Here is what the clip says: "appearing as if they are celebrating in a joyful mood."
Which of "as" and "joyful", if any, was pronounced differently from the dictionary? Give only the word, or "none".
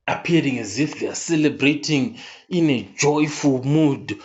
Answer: none